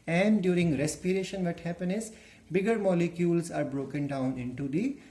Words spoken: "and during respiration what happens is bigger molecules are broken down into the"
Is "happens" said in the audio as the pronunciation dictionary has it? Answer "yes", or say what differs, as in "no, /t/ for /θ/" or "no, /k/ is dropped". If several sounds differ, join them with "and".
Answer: no, /z/ is dropped